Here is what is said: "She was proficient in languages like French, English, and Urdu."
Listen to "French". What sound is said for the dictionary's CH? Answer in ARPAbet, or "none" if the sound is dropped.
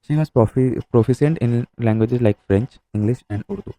CH